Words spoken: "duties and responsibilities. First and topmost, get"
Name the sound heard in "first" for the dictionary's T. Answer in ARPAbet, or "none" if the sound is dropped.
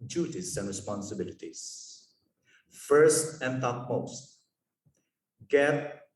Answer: T